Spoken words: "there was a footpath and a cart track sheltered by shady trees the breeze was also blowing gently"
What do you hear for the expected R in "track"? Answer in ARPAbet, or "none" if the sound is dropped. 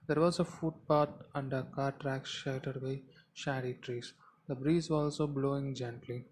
R